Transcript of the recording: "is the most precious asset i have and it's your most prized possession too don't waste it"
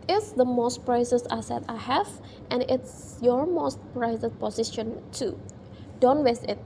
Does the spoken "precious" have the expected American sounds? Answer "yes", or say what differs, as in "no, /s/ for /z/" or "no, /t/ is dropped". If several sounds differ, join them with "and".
no, /s/ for /ʃ/